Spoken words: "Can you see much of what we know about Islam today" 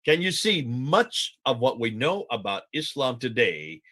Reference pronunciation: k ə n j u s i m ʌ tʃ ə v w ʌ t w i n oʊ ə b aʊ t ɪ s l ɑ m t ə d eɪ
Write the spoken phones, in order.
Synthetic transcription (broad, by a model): k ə n j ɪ s i m ʌ tʃ ə v w ʌ t w i n oʊ ə b aʊ t ɪ s l ɑ m t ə d eɪ